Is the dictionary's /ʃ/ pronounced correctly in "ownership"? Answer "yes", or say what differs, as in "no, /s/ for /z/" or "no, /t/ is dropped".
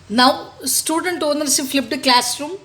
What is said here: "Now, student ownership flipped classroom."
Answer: no, /s/ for /ʃ/